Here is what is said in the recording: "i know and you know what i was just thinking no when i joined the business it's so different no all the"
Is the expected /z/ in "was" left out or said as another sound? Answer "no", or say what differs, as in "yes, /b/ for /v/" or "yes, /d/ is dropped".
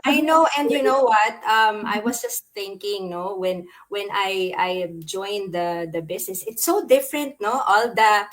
yes, /s/ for /z/